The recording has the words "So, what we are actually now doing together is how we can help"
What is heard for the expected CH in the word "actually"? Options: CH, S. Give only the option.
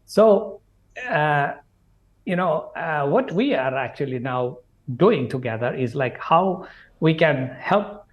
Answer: CH